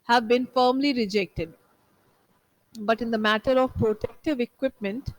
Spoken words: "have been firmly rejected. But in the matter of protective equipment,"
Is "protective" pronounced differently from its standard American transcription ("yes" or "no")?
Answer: no